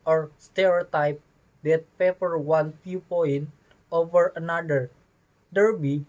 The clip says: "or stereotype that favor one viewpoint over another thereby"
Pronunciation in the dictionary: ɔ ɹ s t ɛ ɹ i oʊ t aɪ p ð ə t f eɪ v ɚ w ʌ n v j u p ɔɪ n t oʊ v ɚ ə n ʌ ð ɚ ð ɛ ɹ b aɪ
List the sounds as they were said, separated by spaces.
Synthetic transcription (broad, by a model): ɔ ɹ s t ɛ ɹ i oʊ t aɪ p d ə t p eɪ p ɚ w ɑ n p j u p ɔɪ n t oʊ v ɚ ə n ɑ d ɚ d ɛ ɹ b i